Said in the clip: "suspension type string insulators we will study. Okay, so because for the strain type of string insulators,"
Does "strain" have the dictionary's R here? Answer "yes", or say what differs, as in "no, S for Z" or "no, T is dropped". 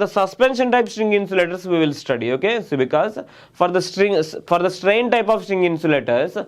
yes